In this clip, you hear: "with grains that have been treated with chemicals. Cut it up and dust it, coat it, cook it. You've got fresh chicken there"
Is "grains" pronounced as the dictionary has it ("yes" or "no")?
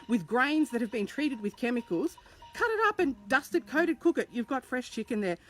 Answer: yes